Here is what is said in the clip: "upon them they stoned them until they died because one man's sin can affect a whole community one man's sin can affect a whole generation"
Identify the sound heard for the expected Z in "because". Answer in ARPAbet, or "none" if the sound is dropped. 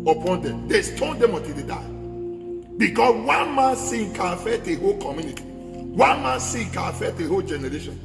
S